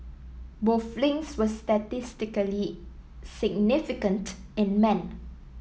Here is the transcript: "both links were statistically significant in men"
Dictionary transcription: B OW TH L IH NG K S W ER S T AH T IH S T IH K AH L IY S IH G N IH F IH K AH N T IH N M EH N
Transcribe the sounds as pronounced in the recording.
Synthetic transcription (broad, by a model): B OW F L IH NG S W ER S T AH T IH S T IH K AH L IY S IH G N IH F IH K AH N T IH N M EH N